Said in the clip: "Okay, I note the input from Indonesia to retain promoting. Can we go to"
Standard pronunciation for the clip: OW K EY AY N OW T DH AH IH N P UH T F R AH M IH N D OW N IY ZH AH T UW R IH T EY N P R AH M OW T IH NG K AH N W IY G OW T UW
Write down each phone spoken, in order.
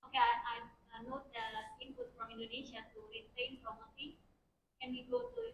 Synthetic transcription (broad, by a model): OW K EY AY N OW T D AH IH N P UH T F R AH M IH N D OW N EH SH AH T UW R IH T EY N F R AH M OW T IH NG K AH N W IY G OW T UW